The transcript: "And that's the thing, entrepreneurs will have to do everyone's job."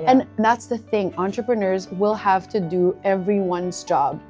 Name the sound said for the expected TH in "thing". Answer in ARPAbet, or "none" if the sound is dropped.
TH